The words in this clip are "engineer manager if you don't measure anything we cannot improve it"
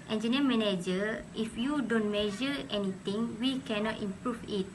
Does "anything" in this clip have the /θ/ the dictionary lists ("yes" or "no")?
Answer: no